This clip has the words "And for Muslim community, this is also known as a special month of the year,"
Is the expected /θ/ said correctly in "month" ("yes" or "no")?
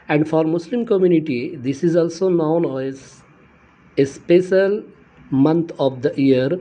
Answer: no